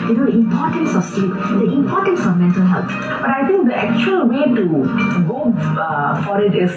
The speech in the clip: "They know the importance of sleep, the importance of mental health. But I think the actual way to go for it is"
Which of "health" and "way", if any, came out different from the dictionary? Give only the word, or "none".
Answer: health